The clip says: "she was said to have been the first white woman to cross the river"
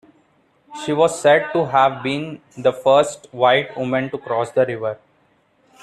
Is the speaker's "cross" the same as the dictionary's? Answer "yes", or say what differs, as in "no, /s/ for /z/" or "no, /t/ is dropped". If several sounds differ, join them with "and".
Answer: yes